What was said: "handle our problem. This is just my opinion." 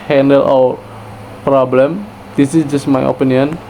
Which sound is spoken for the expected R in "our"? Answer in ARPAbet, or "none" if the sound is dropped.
W